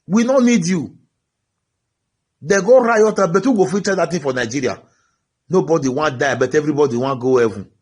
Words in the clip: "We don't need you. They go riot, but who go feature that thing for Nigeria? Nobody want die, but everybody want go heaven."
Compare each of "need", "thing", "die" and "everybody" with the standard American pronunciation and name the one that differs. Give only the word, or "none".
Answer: thing